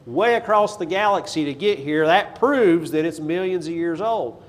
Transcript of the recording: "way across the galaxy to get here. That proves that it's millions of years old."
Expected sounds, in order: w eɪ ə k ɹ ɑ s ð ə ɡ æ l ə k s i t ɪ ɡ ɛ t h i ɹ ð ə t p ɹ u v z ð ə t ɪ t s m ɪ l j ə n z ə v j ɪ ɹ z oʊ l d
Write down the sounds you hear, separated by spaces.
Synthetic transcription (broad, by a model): w eɪ ə k ɹ ɑ s ð ə ɡ æ l ə k s i t ɪ ɡ ɛ t h i ɹ ð ə t p ɹ u v z ð ə t ɪ t s m ɪ l j ə n z ə v j ɪ ɹ z oʊ l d